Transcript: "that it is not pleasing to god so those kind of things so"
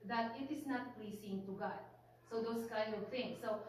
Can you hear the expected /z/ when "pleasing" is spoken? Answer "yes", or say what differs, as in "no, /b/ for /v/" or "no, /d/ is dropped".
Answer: no, /s/ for /z/